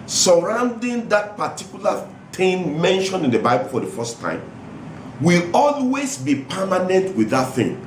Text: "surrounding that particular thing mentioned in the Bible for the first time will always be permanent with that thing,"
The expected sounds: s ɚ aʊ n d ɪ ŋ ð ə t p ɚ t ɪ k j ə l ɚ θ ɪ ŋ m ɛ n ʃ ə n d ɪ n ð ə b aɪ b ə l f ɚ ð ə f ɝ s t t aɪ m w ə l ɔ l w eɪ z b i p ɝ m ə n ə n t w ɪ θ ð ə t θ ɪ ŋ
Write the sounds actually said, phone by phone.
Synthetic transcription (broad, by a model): s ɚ aʊ n d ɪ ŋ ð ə t p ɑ t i k j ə l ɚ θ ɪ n m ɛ n ʃ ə n ɪ n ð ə b aɪ b ə l f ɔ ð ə f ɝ s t t aɪ m w ə l ɔ l w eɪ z b i p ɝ m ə n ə n t w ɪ ð ə t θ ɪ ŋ